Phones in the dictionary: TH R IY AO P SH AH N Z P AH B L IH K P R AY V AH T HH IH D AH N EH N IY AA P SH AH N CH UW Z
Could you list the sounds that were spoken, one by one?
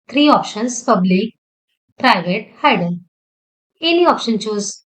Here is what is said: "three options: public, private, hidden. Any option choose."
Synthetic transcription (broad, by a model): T R IY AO P SH AH N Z P AH B L IH K P R AY V AH T HH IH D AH L EH N IY AA P SH AH N CH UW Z